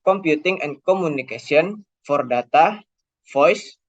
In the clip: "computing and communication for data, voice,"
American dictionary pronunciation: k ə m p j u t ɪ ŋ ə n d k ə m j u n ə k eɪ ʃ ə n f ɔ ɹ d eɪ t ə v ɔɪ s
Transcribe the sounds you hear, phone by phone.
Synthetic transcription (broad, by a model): k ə m p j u t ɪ ŋ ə n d k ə m u n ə k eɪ s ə n f ɔ ɹ d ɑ t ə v ɔɪ s